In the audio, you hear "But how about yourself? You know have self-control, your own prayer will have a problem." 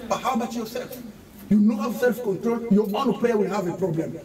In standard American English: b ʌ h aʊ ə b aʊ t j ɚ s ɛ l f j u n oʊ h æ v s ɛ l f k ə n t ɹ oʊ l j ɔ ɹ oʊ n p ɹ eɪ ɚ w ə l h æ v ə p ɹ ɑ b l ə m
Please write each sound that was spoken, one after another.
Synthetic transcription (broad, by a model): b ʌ h aʊ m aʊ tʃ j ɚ s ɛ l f j u n oʊ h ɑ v s ɛ l f k ə n t ɹ oʊ l j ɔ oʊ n p l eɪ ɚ w ə l h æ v ə p ɹ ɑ b l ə m